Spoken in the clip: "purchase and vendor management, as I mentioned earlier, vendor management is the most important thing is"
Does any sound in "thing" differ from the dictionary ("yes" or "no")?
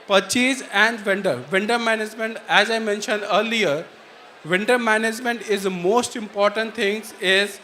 yes